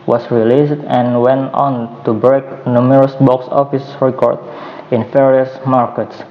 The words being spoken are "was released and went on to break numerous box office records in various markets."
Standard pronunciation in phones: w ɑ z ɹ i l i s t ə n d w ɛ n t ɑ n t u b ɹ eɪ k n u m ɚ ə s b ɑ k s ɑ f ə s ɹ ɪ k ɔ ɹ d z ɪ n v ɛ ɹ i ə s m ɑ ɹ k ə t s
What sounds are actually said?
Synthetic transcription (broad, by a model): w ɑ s ɹ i l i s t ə n w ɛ n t ɑ n t u b ɹ eɪ k n u m ɚ ə s b ɑ k s ɑ f ə s ɹ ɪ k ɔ ɹ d ɪ n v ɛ ɹ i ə s m ɑ ɹ k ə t s